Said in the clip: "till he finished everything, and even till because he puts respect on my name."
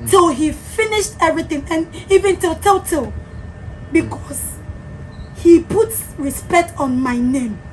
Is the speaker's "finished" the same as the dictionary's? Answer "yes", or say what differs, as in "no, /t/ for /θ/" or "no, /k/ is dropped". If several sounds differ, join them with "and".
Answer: yes